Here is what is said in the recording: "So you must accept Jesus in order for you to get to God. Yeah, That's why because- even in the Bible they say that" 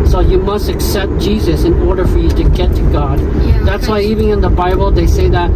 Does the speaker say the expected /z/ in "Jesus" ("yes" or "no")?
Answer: yes